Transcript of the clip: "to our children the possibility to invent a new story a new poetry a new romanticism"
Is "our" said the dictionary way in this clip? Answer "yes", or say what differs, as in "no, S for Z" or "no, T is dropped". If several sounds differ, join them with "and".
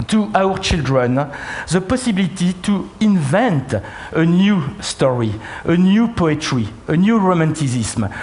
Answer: yes